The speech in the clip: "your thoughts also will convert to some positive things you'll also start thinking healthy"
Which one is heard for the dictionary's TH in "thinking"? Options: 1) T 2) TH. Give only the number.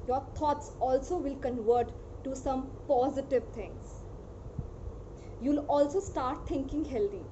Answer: 1